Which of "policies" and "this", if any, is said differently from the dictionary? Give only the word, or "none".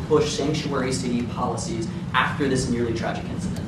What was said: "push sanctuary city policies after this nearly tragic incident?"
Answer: none